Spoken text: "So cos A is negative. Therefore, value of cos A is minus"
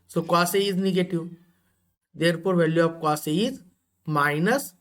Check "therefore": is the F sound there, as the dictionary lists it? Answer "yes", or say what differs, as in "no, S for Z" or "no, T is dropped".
no, P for F